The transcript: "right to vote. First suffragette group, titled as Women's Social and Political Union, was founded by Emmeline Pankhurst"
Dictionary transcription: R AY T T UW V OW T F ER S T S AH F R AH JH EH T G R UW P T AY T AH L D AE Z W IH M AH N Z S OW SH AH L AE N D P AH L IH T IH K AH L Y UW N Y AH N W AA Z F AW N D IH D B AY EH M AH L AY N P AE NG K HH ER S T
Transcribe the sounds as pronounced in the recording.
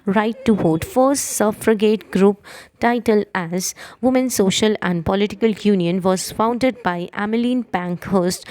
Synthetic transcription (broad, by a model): R AY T T UW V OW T F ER S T S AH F R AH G EH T G R UW P T AY T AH L AE Z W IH M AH N S OW SH AH L AE N D P AH L IH T IH K AH L Y UW N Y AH N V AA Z F AW N D IH D B AY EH M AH L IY N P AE NG K HH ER S T